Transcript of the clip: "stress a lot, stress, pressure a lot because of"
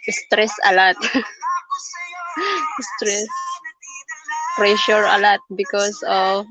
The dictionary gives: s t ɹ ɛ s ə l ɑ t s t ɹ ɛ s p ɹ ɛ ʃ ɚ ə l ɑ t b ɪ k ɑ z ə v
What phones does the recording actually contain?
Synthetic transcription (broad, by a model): s t ɹ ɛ s ə l ɑ t s t ɹ ɛ s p ɹ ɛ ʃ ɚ ə l ɑ t b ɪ k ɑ s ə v